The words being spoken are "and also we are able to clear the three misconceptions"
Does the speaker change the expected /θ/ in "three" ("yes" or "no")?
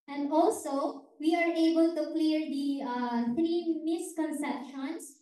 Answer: yes